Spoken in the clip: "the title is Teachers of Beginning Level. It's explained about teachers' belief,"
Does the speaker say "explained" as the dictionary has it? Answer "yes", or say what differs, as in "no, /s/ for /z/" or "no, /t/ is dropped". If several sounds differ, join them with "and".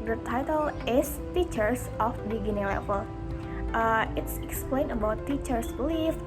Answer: no, /d/ is dropped